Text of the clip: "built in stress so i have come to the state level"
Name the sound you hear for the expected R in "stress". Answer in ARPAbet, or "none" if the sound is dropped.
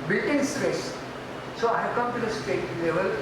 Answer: R